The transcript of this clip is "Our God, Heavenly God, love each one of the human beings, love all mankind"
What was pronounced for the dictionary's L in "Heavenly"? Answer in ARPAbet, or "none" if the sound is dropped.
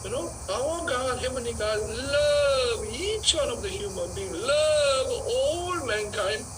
none